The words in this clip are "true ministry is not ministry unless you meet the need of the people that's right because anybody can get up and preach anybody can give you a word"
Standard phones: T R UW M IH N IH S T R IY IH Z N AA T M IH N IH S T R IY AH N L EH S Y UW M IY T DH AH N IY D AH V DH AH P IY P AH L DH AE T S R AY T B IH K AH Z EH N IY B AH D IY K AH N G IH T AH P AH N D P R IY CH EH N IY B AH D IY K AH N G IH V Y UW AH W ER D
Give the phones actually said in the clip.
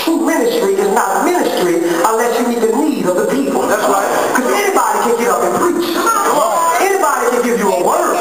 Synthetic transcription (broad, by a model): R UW M IH N IH S T R IY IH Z N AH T M IH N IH S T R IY AH N L EH S Y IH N IY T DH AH L IY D AH V DH AH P IY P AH L DH AE T S R AY T K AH Z EH N IY B AH D IY K AH N G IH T AH P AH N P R IY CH EH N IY B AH D IY K AH N G IH V Y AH AH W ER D